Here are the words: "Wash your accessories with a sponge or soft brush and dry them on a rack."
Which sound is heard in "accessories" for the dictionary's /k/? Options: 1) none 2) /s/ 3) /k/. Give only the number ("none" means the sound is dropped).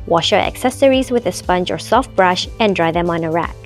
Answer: 3